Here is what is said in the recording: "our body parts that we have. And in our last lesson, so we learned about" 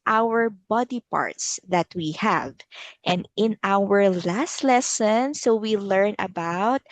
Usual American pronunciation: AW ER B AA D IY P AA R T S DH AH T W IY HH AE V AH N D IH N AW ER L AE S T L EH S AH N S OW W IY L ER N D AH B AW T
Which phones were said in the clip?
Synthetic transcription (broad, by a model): AW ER B AA D IY P AA R T S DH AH T W IY HH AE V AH N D IH N AW ER L AE S T L EH S AH N S OW W IY L ER N AH B AW T